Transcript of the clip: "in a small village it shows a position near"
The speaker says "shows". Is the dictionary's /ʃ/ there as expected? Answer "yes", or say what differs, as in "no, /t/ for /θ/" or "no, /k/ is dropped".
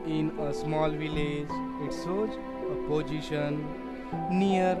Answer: no, /s/ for /ʃ/